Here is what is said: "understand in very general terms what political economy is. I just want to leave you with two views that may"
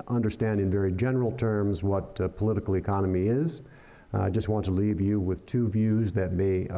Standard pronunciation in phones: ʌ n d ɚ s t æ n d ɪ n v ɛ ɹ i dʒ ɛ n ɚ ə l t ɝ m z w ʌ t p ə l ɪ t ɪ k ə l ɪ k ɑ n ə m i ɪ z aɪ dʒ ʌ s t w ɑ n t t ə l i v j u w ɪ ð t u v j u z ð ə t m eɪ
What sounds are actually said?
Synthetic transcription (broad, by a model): ʌ n d ɚ s t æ n d ɪ n v ɛ ɹ i dʒ ɛ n ɚ l t ɝ m z w ʌ t p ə l ɪ t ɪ k l ɪ k ɑ n ə m i ɪ z aɪ dʒ ʌ s t w ɑ n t t ə l i v j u w ɪ ð t u v j u z ð ə t m eɪ